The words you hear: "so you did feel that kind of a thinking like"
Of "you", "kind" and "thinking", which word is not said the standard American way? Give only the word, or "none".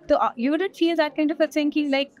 thinking